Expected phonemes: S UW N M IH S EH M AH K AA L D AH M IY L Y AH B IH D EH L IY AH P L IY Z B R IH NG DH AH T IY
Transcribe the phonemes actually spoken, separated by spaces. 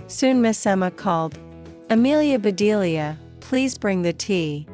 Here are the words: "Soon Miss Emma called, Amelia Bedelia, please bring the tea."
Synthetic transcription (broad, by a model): S UW N M IH S EH M AH K AA L D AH M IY L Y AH B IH D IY L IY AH P L IY Z B R IH NG DH AH T IY